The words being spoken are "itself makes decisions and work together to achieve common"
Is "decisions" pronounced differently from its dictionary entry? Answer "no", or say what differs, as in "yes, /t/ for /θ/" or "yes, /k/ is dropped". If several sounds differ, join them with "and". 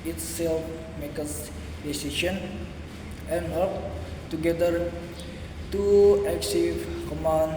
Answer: yes, /ʃ/ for /ʒ/ and /z/ is dropped